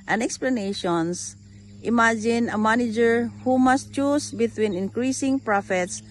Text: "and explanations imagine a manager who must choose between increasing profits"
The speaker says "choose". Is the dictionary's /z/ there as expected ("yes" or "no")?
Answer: no